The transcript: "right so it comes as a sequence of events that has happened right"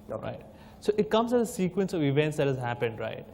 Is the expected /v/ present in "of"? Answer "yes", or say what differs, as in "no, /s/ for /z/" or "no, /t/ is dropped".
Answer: yes